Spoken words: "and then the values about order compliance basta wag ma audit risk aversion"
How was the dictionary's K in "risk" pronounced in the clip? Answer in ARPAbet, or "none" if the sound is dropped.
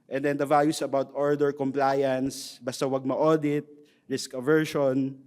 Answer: K